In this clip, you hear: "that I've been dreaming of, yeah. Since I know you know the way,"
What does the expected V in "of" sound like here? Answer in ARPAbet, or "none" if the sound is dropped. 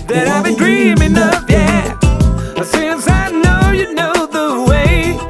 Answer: P